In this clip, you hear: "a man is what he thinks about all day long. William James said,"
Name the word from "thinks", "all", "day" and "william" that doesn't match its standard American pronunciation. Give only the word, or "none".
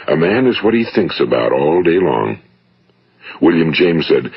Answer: none